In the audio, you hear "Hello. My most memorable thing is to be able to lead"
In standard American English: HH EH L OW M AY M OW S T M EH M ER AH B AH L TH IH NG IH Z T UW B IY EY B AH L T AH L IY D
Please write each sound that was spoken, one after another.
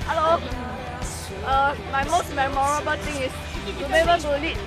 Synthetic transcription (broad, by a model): HH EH L OW M AY M OW S T M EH M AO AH B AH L T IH NG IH S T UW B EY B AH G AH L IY